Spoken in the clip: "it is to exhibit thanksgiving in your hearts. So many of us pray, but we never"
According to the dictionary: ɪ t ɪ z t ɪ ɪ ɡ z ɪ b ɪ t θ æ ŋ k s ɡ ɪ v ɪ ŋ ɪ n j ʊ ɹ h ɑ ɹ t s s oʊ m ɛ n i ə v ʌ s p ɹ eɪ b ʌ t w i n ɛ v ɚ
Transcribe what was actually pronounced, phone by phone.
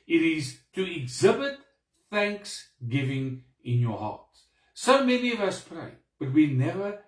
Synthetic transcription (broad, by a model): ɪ t ɪ z t ɪ ɪ ɡ z ɪ b ɪ t θ æ ŋ k s ɡ ɪ v ɪ ŋ ɪ n j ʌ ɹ h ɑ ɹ t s s oʊ m ɛ n i ə v ʌ s p ɹ eɪ b ʌ t w i n ɛ v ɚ